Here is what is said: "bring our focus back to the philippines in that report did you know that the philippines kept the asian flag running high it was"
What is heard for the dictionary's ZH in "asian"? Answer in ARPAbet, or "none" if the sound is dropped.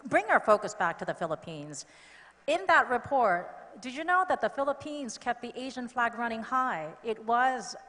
ZH